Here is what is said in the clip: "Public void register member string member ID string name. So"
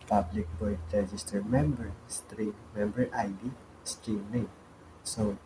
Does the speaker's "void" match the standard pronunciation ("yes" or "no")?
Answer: no